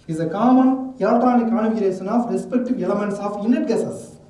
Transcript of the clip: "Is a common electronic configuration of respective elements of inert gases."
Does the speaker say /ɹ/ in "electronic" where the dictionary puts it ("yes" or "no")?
no